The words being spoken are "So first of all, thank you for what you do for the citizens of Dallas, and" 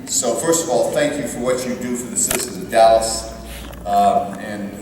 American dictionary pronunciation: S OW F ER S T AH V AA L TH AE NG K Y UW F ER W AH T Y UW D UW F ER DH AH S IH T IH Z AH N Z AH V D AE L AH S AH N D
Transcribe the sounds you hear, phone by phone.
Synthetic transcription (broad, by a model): S OW F ER S T AH V AA L TH AE NG K Y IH F ER W AH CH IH D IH F ER DH AH S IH S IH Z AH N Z AH V D AE L AH S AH N